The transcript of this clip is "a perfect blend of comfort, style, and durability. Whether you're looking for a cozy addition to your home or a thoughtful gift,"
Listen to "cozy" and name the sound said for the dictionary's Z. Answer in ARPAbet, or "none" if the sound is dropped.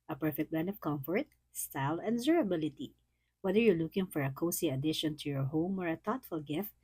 S